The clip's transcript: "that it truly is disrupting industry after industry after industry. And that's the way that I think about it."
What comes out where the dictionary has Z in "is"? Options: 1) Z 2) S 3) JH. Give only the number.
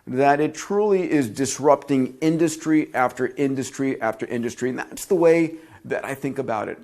1